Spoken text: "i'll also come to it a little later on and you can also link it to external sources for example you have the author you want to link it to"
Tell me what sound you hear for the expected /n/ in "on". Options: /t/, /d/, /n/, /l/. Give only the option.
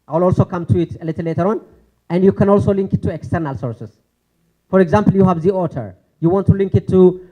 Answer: /n/